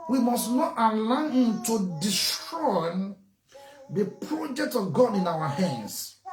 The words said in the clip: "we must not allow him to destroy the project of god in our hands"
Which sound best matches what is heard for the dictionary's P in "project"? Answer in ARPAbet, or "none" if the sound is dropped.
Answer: P